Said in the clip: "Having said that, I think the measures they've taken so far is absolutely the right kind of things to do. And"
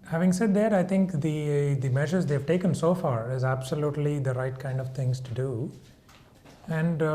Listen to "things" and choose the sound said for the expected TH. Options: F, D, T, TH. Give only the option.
T